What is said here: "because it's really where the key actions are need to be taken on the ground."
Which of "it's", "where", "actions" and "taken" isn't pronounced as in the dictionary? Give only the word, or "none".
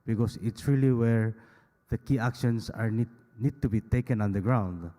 actions